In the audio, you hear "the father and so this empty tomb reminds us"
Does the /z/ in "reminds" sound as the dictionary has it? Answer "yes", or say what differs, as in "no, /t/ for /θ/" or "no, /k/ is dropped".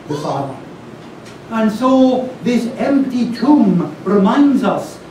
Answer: yes